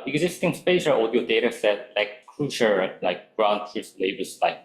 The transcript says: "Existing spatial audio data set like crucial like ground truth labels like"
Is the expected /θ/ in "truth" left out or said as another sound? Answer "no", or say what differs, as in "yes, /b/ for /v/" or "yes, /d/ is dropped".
yes, /s/ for /θ/